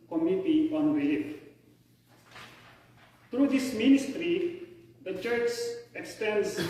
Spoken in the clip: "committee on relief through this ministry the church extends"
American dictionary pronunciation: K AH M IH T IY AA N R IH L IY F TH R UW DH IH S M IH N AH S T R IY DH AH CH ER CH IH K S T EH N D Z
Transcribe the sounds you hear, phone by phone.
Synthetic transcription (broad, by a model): K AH M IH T IY AA N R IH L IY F T R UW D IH S M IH N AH S T R IY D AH CH ER CH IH K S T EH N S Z